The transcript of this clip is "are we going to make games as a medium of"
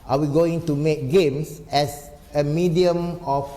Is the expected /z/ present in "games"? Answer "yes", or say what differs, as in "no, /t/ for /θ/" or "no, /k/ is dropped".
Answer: no, /s/ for /z/